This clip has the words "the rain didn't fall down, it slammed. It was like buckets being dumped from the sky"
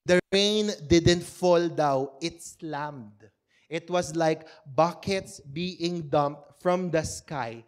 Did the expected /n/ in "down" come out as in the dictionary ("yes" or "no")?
no